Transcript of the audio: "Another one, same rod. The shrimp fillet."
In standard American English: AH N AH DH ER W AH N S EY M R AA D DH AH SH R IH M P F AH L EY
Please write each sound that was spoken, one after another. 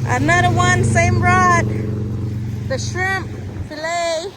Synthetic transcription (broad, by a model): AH N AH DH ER W AH N S EY M R AA D DH AH SH R IH M P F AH L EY